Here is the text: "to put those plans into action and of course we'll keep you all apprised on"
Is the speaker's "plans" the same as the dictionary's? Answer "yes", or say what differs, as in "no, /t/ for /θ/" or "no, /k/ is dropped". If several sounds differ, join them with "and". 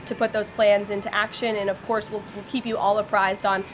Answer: yes